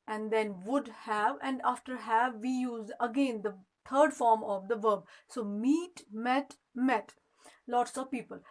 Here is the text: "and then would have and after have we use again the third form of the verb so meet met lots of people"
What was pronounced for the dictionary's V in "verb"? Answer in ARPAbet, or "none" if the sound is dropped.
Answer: V